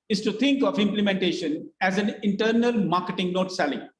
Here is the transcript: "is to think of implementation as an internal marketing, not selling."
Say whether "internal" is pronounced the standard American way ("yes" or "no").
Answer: yes